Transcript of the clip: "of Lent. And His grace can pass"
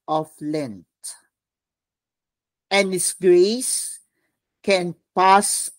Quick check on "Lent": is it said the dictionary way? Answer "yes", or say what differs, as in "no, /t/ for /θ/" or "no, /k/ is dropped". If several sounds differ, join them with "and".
yes